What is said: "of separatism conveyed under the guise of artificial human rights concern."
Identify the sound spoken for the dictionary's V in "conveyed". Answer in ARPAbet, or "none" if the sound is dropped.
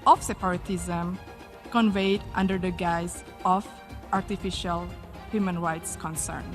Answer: V